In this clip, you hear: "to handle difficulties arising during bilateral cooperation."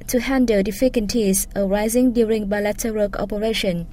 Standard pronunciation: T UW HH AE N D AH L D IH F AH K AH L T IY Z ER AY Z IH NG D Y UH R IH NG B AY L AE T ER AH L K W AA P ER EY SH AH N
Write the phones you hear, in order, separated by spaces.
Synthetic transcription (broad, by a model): T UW HH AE N D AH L D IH F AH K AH N T IY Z ER AY Z IH NG D Y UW R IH NG B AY L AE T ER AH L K AA P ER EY SH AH N